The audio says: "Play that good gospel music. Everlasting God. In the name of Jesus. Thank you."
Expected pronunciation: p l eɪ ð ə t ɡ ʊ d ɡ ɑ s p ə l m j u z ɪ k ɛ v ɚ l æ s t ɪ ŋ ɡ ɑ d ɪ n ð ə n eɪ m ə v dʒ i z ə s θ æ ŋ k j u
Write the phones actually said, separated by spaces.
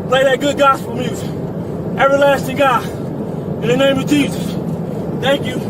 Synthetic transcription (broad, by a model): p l eɪ ð ə t ɡ ʊ d ɡ ɑ s p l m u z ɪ ɛ v ɚ l æ s t ɪ ŋ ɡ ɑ ɪ n ð ə n eɪ m ə v dʒ i z ə s θ æ ŋ k j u